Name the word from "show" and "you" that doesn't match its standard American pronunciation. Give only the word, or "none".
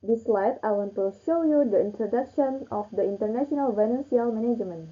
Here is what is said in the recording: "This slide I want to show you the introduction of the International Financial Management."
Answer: none